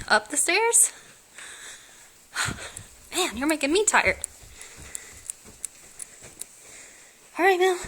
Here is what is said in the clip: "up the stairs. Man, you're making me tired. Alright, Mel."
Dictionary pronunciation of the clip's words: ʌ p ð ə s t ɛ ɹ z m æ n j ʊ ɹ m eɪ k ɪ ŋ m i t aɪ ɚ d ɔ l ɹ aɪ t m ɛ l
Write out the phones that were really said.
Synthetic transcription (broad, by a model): ʌ p ð ə s t ɛ ɹ z m æ n j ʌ ɹ m eɪ k ɪ ŋ m i t aɪ ɚ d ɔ ɹ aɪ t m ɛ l